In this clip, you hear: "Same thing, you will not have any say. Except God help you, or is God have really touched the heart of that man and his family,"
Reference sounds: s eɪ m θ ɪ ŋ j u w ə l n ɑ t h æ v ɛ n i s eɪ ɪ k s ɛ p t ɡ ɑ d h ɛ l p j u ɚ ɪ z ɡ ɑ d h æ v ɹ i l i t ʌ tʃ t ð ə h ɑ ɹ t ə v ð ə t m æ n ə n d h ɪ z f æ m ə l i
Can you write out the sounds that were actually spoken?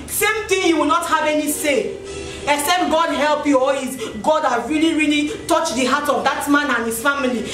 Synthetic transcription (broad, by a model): s eɪ m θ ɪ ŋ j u w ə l n ɑ t h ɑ v ɛ n i s eɪ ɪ s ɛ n ɡ ɑ d h ɛ l p j u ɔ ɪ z ɡ ɑ d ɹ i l ɹ i l i t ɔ tʃ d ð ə h ɑ t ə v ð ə t m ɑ n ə n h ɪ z f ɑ m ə l i